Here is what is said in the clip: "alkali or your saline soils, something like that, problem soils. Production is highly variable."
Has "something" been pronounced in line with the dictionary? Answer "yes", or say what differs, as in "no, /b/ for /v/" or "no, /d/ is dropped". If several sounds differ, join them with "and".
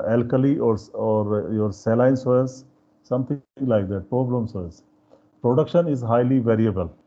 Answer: no, /t/ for /θ/